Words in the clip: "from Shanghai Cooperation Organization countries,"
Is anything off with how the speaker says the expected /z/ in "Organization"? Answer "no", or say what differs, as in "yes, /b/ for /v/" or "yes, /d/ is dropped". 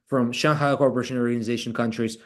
no